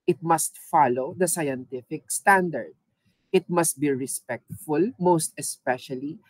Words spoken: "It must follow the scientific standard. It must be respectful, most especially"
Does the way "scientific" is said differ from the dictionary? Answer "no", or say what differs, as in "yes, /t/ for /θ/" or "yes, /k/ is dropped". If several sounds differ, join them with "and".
no